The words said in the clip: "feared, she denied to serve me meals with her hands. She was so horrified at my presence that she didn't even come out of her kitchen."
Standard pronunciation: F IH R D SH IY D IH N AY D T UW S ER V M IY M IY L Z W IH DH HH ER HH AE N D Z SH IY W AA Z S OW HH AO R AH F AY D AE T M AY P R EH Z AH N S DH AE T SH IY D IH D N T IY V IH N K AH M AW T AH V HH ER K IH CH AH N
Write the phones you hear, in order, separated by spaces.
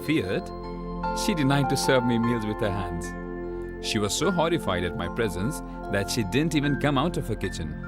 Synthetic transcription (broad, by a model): F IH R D SH IY D IH N AY D T UW S ER V M IY M IY L Z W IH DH HH ER HH AE N D Z SH IY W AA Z S OW HH AO R AH F AY D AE T M AY P R EH Z AH N S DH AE T SH IY D IH D N T IY V IH N K AH M AW T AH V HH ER K IH CH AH N